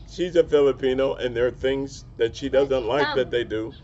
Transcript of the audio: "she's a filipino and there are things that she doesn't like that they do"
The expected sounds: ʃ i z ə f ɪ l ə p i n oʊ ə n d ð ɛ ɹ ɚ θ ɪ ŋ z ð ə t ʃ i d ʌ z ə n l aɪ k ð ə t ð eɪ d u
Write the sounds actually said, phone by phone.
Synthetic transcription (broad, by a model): ʃ i z ə f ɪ l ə p i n oʊ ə n ð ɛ ɹ θ ɪ ŋ z ð ə t ʃ i d ʌ z ə n l aɪ k ð ə t ð eɪ d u